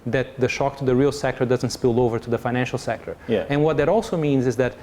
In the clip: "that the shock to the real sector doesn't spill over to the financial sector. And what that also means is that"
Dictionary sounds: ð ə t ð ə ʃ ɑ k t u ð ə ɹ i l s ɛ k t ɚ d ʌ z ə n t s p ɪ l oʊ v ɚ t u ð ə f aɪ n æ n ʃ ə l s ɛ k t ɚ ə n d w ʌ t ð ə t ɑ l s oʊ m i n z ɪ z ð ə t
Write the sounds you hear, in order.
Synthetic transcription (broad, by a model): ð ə t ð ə ʃ ɑ k t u ð ə ɹ i l s ɛ k t ɚ d ʌ z ə n t s p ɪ l oʊ v ɚ t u ð ə f aɪ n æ n ʃ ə l s ɛ k t ɚ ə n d w ʌ t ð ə t ɑ l s oʊ m i n z ɪ z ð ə t